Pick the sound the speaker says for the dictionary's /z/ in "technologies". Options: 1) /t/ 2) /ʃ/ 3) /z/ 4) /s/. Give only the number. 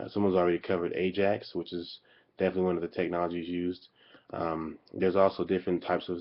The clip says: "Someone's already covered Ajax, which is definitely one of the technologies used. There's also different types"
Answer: 3